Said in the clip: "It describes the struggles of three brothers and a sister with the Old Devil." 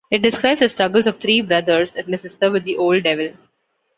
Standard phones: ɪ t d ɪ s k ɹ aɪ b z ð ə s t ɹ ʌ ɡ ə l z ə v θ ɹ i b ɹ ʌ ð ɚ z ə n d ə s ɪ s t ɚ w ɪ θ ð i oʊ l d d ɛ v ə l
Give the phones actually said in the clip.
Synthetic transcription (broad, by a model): ɪ t d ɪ s k ɹ aɪ b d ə s t ɹ ʌ ɡ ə l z ə v t ɹ i b ɹ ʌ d ɚ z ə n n ə s ɪ s t ɚ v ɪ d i oʊ l d d ɛ v ə l